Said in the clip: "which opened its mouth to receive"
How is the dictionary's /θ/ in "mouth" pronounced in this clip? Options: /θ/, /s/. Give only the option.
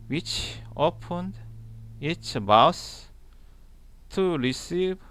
/s/